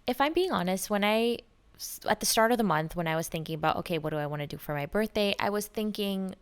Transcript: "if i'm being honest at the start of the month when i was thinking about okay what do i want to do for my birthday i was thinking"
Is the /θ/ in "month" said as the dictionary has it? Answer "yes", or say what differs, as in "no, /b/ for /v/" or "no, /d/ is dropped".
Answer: yes